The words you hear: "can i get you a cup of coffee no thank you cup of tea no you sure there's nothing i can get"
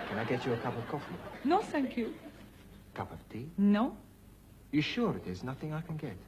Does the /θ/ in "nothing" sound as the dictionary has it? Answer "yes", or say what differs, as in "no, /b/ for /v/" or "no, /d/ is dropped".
yes